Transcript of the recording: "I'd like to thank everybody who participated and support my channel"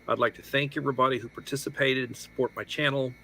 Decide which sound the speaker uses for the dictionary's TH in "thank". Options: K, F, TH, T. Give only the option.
TH